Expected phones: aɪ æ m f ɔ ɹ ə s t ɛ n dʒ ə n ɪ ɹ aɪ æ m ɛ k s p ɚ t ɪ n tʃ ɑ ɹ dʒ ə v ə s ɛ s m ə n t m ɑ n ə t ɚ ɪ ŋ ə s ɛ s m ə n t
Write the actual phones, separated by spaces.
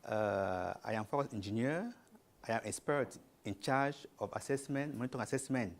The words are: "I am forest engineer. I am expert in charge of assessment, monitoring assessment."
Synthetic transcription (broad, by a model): aɪ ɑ m f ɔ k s ɛ n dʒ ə n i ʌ aɪ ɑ m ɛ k s p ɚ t ɪ n tʃ ɑ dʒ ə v ə s ɛ s m ə n t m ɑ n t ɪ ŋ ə s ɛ s m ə n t